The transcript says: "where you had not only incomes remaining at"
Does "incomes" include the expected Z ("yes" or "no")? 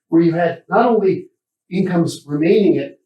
yes